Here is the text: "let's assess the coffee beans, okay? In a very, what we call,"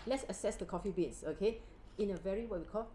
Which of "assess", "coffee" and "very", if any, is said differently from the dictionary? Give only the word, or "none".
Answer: none